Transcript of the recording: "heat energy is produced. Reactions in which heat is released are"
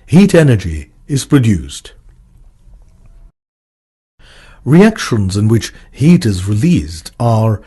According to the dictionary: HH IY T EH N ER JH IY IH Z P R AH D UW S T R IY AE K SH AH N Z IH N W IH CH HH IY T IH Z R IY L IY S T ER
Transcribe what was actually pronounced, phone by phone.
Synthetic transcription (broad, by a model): HH IY T EH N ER JH IY IH Z P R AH D UW S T R IY AE K SH AH N Z IH N W IH CH HH IY T IH Z R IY L IY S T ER